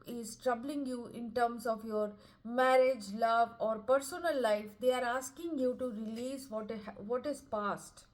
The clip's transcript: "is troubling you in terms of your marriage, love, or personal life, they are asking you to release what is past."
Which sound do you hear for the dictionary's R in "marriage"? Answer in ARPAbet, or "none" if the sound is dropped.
R